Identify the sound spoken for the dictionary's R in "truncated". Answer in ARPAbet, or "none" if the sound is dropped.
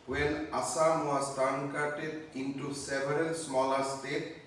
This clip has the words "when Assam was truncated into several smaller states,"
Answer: none